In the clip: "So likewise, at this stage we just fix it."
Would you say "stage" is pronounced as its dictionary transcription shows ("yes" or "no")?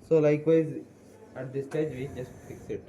yes